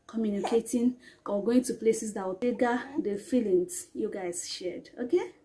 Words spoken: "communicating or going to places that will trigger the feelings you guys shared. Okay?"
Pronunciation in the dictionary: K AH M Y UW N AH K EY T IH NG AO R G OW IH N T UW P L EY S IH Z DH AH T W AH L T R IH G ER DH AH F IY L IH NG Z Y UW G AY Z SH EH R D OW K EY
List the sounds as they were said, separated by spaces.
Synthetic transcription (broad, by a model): K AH M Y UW N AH K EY T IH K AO W G OW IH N T UW P L EY S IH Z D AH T W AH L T EH G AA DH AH F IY L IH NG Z Y UW G AY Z SH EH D OW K EY